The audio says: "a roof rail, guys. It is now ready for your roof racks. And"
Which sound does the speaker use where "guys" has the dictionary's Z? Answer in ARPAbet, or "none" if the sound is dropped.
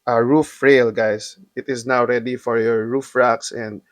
S